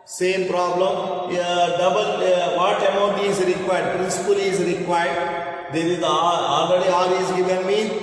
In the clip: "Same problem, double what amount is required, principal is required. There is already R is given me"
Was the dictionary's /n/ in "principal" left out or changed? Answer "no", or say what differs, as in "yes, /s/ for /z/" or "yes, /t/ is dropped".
no